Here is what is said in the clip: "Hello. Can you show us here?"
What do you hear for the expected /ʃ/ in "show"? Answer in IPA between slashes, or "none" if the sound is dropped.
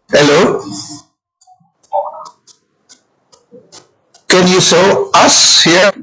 /s/